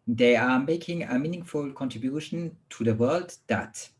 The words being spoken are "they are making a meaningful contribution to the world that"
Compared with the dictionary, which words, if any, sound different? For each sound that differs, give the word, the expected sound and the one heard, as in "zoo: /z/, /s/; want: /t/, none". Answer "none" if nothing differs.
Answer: none